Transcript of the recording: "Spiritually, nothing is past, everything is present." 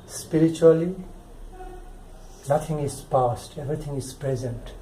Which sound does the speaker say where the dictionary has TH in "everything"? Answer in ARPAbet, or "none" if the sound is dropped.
T